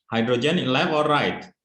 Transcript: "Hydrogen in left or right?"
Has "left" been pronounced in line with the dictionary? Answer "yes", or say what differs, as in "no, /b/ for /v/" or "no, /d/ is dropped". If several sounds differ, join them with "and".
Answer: no, /t/ is dropped